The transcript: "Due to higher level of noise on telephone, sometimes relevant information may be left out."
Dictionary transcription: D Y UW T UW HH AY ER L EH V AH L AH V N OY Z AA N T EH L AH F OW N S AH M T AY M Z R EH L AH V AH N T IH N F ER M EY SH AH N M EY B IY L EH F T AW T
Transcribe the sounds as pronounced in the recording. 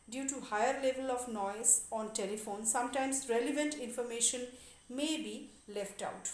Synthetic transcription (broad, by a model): D Y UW T UW HH AY ER L EH V AH L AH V N OY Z AA N T EH L AH F OW N S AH M T AY M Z R EH L AH V AH N T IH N F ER M EY SH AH N M EY B IY L EH F T AW T